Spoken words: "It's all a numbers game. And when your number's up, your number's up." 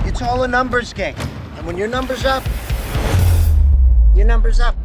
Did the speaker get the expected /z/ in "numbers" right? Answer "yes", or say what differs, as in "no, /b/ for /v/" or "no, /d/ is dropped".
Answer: yes